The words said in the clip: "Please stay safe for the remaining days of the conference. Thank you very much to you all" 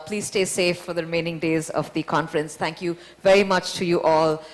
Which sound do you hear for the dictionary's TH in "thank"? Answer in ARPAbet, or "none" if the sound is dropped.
T